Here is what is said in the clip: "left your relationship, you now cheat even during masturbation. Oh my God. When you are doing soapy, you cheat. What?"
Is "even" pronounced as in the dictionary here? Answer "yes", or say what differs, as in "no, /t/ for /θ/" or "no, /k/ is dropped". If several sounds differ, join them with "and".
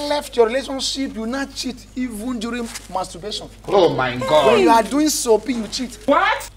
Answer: yes